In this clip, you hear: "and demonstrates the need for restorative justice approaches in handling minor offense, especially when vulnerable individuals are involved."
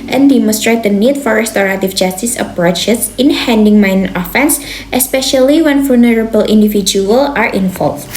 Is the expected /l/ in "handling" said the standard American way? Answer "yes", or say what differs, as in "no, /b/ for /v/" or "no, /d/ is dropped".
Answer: no, /l/ is dropped